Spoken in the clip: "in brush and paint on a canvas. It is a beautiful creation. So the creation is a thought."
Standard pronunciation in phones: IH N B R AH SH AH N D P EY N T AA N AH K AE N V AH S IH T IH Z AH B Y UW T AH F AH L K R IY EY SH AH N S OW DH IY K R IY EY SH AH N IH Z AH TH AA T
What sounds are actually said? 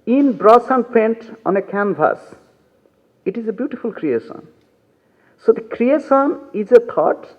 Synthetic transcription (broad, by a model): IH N B R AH S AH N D P EY N T AA N AH K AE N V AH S IH T IH Z AH B Y UW T AH F AH L K R IY EY SH AH N S OW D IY K R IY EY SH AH N IH Z AH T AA T